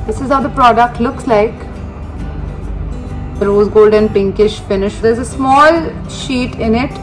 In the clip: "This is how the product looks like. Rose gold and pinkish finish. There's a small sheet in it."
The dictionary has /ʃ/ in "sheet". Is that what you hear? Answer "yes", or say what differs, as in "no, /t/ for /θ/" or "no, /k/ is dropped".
yes